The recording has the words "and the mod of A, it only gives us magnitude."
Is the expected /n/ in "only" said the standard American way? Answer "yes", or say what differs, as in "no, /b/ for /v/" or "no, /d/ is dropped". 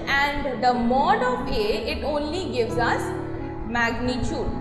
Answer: yes